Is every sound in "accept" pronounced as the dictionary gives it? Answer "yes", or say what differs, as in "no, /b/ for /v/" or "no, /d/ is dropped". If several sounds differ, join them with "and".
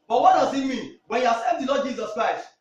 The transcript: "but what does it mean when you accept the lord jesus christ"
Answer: no, /k/ is dropped